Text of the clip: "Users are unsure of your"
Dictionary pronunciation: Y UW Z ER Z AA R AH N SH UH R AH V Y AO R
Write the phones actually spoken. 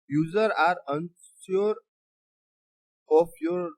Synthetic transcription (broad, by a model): Y UW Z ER AA R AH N S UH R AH F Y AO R